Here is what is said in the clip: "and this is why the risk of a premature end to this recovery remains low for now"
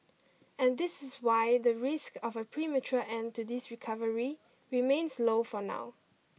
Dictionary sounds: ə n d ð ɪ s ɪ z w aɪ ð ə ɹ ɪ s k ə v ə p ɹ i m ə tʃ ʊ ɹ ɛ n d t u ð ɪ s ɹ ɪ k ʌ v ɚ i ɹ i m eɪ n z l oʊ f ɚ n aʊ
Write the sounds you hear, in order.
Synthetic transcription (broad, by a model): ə n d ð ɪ s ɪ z w aɪ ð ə ɹ ɪ s k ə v ə p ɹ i m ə tʃ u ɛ n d t u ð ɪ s ɹ ɪ k ʌ v ɚ i ɹ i m eɪ n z l oʊ f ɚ n aʊ